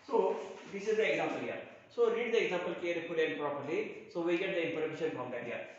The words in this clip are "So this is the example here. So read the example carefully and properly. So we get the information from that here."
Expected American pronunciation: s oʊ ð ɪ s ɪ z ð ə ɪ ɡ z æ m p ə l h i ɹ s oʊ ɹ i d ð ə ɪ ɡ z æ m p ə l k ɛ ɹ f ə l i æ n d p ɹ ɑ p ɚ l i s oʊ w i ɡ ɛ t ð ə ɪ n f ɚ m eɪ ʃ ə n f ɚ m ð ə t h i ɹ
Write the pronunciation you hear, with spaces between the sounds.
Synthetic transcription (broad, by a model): s oʊ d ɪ s ɪ z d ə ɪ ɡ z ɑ m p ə l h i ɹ s oʊ ɹ i d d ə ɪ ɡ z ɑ m p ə l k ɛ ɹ p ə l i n p ɹ ɑ p ɚ l i s oʊ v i ɡ ɛ t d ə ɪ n p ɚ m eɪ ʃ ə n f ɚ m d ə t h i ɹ